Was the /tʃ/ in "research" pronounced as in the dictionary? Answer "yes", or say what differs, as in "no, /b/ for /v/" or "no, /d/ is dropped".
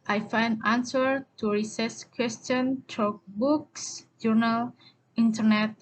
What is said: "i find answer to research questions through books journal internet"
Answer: no, /s/ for /tʃ/